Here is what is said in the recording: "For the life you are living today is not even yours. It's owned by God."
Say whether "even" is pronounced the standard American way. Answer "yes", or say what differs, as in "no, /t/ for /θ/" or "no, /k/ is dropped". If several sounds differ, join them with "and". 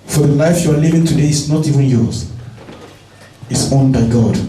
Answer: yes